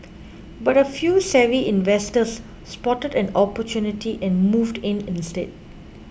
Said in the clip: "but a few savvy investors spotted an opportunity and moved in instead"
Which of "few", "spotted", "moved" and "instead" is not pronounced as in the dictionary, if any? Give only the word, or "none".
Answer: none